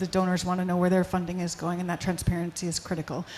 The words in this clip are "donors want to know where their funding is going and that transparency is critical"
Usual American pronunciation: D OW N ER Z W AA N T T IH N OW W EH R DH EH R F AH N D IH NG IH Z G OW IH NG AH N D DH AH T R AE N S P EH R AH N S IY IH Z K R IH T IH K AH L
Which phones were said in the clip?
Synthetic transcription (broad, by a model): D OW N ER Z W AA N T T IH N OW W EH R DH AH R F AH N D IH NG IH Z G OW IH NG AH N DH AH T R AE N S P EH R AH N S IY IH Z K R IH T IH K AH L